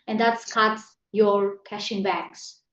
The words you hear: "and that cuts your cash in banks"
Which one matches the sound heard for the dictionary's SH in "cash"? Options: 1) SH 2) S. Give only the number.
1